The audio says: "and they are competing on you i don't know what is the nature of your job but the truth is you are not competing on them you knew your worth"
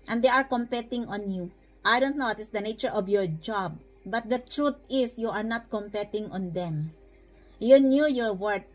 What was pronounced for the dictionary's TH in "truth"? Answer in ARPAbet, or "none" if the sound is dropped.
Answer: T